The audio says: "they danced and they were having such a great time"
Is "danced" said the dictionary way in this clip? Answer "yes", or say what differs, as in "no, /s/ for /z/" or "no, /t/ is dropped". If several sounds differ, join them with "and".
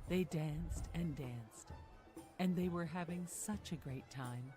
yes